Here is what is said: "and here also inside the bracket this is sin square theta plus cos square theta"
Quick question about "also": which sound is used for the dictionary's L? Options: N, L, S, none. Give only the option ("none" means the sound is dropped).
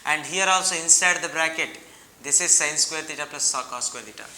L